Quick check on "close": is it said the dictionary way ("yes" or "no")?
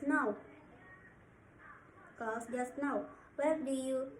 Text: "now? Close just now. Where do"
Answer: no